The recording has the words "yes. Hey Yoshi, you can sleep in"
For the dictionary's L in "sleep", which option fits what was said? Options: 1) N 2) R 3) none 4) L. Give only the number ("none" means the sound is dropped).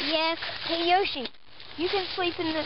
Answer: 4